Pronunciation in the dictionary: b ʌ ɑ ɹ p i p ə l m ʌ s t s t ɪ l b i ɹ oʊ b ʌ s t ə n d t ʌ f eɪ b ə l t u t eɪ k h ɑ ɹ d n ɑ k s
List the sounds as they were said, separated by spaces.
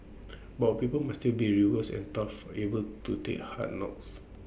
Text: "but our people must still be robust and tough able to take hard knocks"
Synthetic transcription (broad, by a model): b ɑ p i p ə l m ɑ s s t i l b i ɹ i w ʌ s ə n t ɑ f eɪ b ə l t u t eɪ k h ɑ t n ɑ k s